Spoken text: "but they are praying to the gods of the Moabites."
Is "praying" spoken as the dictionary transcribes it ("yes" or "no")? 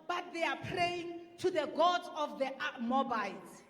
yes